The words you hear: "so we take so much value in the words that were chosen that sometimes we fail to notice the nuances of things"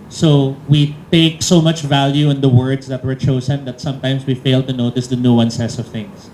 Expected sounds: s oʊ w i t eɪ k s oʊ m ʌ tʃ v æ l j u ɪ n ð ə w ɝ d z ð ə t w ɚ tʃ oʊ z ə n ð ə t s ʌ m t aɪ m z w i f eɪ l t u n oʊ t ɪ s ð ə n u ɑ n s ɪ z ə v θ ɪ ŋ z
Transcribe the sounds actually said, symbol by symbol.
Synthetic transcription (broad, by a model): s oʊ w i t eɪ k s oʊ m ʌ tʃ v æ l j u ɪ n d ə w ɝ d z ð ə t w ɚ tʃ oʊ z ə n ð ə t s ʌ m t aɪ m s w i f eɪ l t u n oʊ t ɪ s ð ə n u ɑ n s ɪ s ə v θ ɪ ŋ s